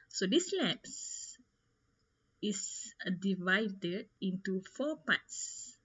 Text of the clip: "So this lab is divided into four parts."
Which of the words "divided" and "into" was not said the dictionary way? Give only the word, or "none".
none